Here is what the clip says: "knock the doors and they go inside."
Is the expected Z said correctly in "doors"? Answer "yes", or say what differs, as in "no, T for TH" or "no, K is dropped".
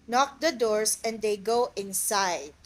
no, S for Z